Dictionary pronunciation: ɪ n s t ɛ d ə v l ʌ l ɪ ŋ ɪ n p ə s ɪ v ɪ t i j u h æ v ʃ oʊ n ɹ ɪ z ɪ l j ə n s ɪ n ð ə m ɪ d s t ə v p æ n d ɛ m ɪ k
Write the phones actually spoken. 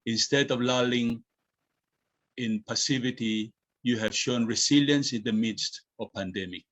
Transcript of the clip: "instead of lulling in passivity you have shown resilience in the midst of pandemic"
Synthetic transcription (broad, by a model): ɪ n s t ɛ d ə v l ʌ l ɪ ŋ ɪ n p ə s ɪ v ɪ t i j u h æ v ʃ oʊ n ɹ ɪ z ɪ l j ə n s ɪ n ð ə m ɪ d s t ə v p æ n d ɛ m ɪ k